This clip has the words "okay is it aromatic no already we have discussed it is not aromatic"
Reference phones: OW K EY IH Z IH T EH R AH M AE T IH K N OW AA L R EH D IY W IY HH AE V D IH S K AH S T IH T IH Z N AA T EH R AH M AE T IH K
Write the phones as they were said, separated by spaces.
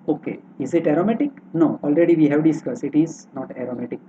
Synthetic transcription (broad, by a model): OW K EY IH Z IH T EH R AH M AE T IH K N OW AA L R EH D IY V IY HH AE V D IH S K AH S IH T IH Z N AA T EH R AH M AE T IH K